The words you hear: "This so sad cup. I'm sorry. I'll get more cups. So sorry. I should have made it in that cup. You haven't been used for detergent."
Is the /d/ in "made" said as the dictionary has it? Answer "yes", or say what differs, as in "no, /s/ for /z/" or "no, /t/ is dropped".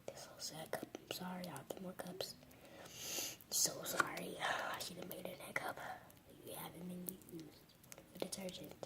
no, /d/ is dropped